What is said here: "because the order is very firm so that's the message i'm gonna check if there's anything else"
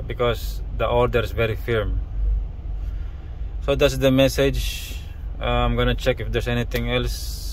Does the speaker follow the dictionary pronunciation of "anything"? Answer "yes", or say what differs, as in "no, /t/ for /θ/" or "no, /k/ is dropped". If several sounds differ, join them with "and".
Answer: no, /t/ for /θ/